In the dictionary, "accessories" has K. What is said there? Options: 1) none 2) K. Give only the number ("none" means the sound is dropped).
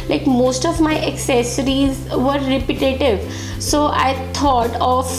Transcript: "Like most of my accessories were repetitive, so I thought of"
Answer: 2